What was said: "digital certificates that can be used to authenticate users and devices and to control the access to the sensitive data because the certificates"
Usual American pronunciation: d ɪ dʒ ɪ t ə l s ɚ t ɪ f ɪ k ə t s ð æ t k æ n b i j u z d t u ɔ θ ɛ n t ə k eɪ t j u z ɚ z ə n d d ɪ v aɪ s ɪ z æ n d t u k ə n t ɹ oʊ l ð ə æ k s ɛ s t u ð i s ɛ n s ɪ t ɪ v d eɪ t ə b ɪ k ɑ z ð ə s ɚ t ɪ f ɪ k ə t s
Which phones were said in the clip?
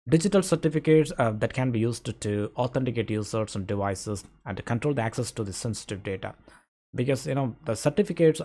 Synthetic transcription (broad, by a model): d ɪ dʒ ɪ t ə l s ɚ t ɪ f ɪ k ə t s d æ t k æ n b i j u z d t u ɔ t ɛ n t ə k eɪ t j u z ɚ s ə n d d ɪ v aɪ s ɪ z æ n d t u k ə n t ɹ oʊ l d æ k s ɛ s t u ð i s ɛ n s ɪ t ɪ v d eɪ t ə b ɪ k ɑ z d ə s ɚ t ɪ f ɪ k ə t s